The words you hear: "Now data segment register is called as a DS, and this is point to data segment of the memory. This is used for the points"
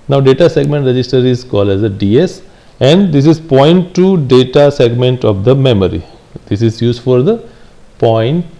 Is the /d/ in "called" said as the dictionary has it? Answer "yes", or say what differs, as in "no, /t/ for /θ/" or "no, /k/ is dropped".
yes